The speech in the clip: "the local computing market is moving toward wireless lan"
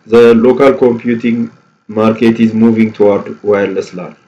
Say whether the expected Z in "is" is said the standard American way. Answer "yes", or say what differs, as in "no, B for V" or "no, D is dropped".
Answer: yes